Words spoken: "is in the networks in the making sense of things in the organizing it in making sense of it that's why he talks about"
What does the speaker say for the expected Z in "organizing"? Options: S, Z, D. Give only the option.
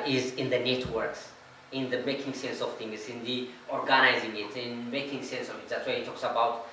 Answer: Z